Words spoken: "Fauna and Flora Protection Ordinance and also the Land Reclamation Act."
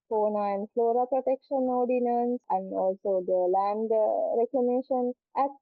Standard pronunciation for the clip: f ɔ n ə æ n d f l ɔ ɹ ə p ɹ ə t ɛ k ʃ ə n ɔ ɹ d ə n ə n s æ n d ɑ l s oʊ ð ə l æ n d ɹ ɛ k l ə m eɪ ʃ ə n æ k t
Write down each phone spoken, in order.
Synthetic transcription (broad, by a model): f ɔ n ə n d f l ɔ ɹ ə p ɹ ə t ɛ k ʃ ə n ɔ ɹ d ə n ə n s æ n d ɑ l s oʊ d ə l æ n d ɹ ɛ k ə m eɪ ʃ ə n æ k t